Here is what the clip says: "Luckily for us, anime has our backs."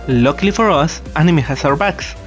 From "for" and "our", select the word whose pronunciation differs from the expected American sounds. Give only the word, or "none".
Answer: none